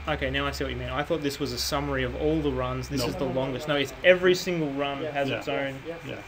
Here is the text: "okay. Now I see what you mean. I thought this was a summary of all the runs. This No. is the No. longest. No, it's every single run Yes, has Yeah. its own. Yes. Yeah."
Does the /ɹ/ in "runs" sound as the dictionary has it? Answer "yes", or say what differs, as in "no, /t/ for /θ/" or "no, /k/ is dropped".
yes